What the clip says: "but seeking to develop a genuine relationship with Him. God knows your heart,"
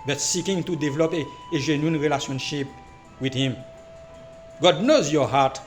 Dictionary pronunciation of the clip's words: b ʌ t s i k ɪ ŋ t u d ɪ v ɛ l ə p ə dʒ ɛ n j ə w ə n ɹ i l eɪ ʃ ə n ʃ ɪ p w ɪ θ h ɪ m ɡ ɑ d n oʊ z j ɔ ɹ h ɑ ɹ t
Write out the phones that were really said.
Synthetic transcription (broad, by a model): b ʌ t s i k ɪ ŋ t u d ɪ v ɛ l ə p ə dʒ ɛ n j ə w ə n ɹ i l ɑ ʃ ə n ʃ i p w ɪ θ h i m ɡ ɑ d n oʊ z j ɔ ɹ h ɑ t